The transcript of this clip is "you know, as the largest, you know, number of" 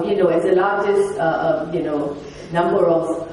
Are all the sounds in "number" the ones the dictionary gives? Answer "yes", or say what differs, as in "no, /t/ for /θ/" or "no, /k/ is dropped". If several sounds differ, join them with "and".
yes